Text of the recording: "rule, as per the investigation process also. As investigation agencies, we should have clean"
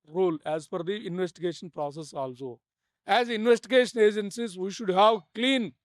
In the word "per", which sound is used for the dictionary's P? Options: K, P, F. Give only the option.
F